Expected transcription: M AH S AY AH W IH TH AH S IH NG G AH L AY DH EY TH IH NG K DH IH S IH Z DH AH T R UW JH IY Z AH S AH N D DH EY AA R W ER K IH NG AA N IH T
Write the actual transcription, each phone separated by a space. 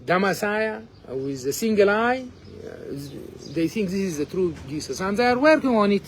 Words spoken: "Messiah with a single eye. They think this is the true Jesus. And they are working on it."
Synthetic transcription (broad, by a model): M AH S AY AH W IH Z AH S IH NG G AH L AY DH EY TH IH NG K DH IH S IH Z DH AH T R UW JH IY S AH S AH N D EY AA R W ER K IH NG AA N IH T